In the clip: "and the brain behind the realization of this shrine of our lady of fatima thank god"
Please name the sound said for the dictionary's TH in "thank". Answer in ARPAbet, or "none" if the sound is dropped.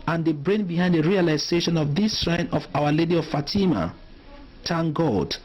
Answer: T